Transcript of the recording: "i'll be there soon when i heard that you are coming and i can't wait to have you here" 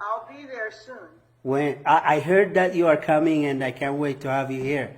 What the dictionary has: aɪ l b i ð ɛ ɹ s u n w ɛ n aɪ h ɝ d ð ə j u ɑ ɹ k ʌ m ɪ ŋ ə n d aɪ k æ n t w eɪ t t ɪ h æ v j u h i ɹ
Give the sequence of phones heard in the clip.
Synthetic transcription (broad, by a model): aɪ l b i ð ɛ ɹ s u n w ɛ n aɪ h ɝ d ð ə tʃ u ɑ ɹ k ʌ m ɪ ŋ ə n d aɪ k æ n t w eɪ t t ɪ h æ v j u h i ɹ